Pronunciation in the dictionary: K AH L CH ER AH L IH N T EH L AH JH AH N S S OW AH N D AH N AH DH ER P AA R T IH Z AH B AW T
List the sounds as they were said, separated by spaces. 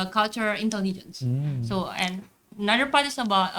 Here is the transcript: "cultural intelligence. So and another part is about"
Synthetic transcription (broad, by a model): K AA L CH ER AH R IH N T EH L AH JH AH N S S OW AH N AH N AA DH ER P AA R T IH S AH B AW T